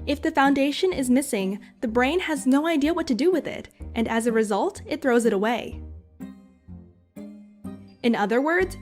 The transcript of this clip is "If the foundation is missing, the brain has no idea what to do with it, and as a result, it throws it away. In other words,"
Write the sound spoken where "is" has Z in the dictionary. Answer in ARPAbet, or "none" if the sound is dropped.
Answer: Z